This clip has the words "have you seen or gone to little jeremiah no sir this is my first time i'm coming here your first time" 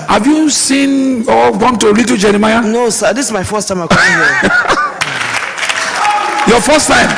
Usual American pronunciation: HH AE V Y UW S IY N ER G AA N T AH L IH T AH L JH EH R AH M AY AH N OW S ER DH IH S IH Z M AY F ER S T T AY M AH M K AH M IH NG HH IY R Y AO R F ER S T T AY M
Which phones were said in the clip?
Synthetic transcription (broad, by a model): HH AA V Y UW S IY N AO G AA N T AH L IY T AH JH EH R AH M AY AH N OW S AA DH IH S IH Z M AY F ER S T T AY M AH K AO IH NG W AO Y AO F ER S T T AY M